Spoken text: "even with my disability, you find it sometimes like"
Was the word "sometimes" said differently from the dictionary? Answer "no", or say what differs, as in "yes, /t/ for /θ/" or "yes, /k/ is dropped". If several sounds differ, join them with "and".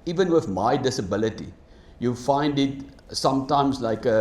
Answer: yes, /s/ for /z/